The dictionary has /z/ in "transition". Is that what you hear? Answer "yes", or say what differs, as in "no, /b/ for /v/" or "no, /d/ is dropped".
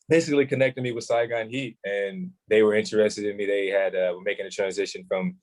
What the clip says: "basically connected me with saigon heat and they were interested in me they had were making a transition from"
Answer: yes